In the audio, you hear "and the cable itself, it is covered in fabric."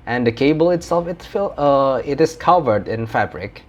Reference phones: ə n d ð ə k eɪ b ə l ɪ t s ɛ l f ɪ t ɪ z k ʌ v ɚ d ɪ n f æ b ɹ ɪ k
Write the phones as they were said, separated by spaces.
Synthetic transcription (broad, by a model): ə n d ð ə k eɪ b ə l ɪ t s ɛ l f ɪ t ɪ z k ʌ v ɚ d ɪ n f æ b ɹ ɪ k